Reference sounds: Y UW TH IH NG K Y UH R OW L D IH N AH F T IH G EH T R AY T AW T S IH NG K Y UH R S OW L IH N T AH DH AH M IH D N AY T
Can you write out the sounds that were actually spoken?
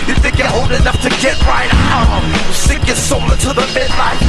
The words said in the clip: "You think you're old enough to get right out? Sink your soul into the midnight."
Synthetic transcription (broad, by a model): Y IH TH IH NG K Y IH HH OW L D IH N AH F T IH G EH T R AY T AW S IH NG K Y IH S OW L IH T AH DH AH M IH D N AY